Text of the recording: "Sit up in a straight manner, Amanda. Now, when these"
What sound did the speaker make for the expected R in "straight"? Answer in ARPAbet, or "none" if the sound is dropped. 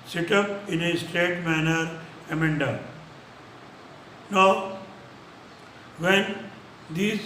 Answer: none